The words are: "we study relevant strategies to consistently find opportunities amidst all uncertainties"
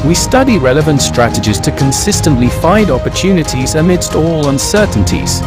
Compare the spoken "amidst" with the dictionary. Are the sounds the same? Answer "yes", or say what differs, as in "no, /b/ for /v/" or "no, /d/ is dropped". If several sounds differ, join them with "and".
yes